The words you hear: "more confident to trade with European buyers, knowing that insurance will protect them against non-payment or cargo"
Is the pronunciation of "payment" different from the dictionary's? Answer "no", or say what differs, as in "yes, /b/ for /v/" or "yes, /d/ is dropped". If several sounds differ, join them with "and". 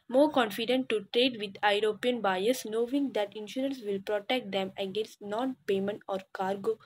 no